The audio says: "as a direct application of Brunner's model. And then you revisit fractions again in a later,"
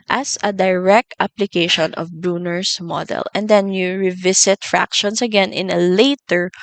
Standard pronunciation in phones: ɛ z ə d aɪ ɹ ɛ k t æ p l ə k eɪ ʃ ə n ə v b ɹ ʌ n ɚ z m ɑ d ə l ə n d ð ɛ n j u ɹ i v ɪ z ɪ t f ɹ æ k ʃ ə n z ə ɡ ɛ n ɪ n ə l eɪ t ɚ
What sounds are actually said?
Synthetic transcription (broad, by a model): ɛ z ə d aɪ ɹ ɛ k t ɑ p l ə k eɪ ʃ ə n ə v b ɹ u n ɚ s m ɑ d ə l ə n d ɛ n j u ɹ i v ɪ s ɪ t f ɹ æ k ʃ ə n s ə ɡ ɛ n ɪ n ə l eɪ t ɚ